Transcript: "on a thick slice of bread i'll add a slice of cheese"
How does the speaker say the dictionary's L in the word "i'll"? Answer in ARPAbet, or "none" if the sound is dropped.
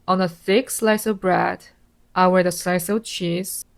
W